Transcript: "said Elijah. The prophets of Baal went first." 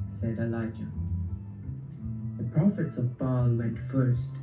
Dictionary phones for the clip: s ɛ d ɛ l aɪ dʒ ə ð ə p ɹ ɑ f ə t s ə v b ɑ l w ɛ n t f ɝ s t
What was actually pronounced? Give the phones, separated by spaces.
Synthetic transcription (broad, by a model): s ɛ d ɛ l aɪ dʒ ə ð ə p ɹ ɑ f ə t s ə v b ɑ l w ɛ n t f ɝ s t